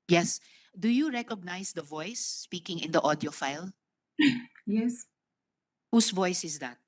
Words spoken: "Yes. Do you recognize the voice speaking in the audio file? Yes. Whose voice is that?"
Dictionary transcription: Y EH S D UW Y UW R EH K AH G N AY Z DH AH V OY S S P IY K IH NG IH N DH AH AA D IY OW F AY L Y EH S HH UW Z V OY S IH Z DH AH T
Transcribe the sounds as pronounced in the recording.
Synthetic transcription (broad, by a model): Y EH S D UW Y UW R EH K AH G N AY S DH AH V OY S S P IY K IH NG IH N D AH AA D IY OW F AY L Y EH S HH UW S V OY S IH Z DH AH T